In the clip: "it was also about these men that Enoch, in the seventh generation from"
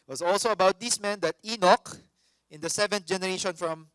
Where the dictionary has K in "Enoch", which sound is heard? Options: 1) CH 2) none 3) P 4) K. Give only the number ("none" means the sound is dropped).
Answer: 4